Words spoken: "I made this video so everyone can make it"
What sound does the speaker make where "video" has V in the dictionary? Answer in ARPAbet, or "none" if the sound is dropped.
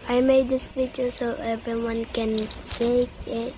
P